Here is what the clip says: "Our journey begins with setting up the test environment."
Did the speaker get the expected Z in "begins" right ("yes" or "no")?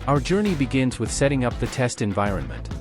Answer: yes